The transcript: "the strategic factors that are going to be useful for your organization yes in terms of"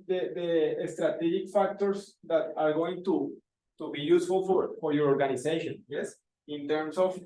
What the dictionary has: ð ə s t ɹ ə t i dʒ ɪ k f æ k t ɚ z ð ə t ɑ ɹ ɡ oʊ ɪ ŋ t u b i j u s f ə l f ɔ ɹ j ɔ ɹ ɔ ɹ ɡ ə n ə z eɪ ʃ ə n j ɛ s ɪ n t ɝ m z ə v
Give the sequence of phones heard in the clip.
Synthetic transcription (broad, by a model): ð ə s t ɹ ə t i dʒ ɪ k f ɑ k t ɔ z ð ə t ɑ ɹ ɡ oʊ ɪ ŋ t u b i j u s f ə l f ɔ ɹ j ɔ ɹ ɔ ɹ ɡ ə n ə s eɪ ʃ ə n j ɛ s ɪ n t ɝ m s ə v